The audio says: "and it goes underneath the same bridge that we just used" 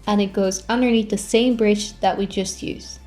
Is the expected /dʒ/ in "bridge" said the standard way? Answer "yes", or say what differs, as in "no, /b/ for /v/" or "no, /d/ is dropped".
no, /tʃ/ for /dʒ/